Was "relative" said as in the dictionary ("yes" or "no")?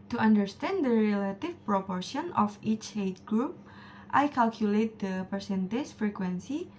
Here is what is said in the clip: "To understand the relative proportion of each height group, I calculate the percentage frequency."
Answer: no